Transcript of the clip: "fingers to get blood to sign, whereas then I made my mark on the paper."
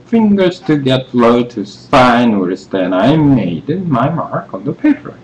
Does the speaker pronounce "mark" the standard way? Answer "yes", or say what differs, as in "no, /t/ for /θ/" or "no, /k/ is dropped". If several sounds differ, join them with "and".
yes